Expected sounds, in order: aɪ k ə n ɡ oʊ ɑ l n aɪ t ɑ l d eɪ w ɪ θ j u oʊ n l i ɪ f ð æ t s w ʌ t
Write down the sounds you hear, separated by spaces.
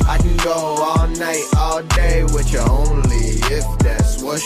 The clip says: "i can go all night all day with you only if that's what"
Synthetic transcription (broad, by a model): aɪ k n ɡ oʊ ɑ l n aɪ t ɑ l d eɪ w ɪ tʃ oʊ n l i ɪ f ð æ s w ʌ